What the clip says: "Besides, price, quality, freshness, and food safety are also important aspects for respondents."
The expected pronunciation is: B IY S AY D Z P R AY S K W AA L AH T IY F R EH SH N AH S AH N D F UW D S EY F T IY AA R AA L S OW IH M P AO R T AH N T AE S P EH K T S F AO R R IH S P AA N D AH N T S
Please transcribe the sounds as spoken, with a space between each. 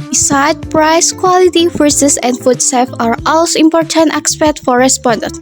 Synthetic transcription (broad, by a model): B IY S AY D P R AY S K W AA L AH T IY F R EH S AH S AH N D F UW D S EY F AA R AA L S OW IH M P AO R T AH N T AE S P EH T F AO R R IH S P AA N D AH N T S